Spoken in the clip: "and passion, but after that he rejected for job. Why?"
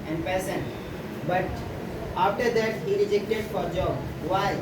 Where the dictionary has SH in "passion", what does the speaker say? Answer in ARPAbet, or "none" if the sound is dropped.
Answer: S